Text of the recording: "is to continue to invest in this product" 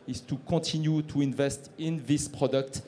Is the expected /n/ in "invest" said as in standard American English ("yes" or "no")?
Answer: yes